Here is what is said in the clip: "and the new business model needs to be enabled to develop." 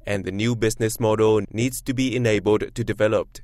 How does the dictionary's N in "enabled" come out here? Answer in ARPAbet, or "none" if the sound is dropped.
N